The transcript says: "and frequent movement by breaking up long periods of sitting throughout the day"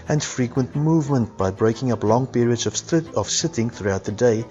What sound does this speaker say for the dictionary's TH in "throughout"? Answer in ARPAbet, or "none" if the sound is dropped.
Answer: TH